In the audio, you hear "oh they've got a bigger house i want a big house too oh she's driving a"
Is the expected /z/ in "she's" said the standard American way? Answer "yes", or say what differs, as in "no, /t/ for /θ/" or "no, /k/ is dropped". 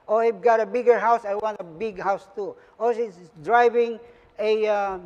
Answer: no, /s/ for /z/